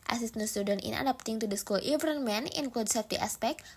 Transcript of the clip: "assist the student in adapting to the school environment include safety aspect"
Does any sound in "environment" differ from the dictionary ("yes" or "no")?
yes